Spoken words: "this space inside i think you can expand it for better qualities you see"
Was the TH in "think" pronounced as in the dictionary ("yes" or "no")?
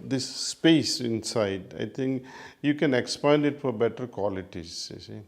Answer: no